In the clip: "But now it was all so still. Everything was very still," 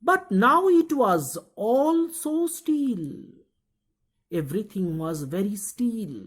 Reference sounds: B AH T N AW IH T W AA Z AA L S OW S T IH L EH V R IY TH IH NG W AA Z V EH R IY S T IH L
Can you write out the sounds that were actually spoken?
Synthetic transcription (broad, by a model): B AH T N AW IH T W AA Z AA L S OW S T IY L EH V R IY T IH NG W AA Z V EH R IY S T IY L